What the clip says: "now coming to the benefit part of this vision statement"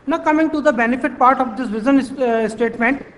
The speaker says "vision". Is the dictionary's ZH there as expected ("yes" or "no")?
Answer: no